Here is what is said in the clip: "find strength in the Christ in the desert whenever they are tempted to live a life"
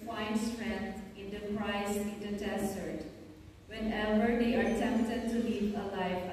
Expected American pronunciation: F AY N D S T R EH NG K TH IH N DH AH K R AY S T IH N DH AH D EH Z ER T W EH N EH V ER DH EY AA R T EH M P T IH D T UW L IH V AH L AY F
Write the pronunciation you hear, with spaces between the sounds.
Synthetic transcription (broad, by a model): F AY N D S T R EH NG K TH IH N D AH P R AY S IH N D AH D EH S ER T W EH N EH B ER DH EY AA R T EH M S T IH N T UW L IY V AH L AY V